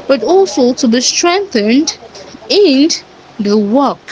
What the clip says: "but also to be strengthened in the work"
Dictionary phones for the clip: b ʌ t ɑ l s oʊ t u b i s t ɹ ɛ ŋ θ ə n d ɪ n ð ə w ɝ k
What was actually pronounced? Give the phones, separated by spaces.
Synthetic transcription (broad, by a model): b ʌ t ɑ l s oʊ t u b i s t ɹ ɛ ŋ θ ə n d ɪ n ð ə w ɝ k